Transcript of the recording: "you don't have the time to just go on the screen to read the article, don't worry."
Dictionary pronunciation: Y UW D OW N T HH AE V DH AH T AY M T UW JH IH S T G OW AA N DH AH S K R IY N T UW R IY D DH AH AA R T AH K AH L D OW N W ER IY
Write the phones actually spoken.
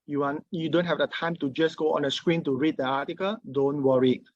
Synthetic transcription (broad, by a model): Y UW D OW N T HH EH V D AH T AY M T UW JH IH S G OW AA N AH S K R IY N T UW R IY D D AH AA T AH K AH L D OW N W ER IY